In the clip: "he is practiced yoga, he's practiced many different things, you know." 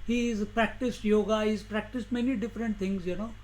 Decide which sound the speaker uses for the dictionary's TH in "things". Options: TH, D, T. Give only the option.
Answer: T